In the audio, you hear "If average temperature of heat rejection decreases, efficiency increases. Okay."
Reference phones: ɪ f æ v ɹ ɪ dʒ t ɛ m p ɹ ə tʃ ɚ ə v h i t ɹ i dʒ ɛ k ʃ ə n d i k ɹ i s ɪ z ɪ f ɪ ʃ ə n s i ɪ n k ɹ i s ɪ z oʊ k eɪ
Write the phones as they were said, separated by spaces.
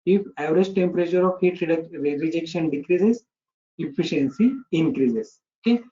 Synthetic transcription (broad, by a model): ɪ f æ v ɹ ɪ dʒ t ɛ m p ɹ ə tʃ ɚ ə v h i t ɹ i dʒ ɛ k ʃ ə n d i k ɹ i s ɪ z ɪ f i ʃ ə n s i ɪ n k ɹ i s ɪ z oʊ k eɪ